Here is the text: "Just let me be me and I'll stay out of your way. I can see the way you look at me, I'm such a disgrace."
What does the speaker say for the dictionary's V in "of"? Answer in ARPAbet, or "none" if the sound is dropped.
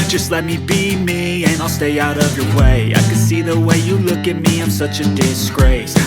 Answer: V